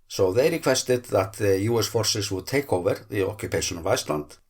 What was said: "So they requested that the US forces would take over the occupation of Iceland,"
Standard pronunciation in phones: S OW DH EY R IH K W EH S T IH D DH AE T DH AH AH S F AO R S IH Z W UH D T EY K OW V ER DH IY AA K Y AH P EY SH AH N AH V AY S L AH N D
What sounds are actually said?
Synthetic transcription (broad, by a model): S OW DH EY R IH K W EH S T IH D DH AE T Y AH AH S F AO R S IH S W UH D T EY K OW V ER DH IY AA K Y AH P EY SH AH N AH V AY S L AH N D